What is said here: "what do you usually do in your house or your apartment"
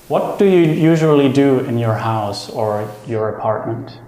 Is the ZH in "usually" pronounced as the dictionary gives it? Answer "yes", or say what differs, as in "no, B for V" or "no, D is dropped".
yes